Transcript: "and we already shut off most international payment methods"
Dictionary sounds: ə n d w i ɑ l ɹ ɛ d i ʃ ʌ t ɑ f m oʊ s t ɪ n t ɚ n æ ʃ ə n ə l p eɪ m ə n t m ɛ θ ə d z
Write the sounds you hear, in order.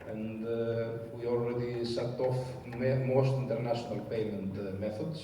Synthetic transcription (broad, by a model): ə n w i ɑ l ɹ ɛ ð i s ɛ t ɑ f m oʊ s t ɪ n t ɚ n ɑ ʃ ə n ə l p eɪ m ə n t m ɛ θ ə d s